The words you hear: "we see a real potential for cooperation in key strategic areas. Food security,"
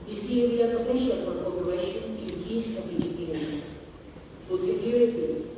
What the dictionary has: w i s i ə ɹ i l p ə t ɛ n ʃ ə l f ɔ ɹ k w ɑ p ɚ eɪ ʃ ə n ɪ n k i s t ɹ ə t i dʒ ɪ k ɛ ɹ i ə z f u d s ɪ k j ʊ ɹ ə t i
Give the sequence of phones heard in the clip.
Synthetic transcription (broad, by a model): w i s i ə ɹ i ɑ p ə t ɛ ʃ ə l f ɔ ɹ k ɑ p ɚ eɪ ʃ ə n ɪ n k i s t ə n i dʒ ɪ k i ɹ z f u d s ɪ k j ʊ ɹ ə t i